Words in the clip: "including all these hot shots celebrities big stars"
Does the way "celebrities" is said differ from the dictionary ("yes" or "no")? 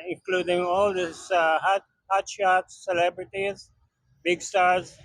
no